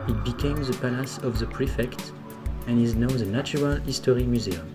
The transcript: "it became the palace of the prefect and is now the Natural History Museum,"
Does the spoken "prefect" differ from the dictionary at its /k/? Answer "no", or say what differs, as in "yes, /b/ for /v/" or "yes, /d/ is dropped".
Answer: no